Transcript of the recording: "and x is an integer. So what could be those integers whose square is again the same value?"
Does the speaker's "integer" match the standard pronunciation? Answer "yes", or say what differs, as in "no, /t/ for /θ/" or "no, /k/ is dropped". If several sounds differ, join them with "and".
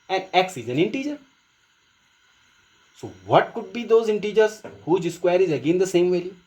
yes